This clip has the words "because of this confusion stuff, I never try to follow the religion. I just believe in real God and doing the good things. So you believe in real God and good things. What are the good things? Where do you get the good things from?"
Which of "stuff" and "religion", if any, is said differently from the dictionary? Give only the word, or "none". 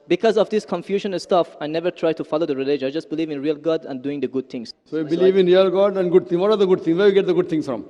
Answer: religion